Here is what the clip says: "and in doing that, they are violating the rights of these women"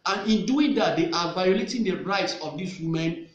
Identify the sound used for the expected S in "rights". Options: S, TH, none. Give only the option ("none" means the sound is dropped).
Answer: S